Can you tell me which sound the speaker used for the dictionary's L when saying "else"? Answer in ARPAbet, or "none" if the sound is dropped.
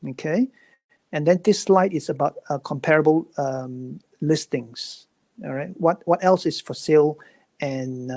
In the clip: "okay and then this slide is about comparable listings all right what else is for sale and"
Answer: L